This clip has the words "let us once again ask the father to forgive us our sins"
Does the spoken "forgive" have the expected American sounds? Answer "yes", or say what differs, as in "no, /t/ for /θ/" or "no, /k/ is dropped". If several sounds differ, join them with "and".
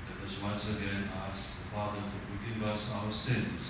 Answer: yes